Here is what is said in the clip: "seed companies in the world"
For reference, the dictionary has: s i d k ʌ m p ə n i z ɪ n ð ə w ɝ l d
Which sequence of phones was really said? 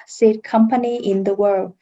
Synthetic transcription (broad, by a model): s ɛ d k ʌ m p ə n i ɪ n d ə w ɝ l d